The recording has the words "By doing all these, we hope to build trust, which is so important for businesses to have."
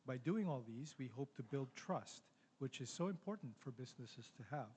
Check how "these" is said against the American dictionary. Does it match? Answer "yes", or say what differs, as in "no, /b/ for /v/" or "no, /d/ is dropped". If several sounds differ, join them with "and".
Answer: yes